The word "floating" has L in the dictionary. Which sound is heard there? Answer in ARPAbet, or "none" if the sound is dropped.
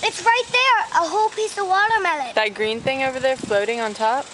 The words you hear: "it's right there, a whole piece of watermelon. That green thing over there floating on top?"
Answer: L